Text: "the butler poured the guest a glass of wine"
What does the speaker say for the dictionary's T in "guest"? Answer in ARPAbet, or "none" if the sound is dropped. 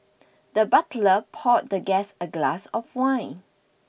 none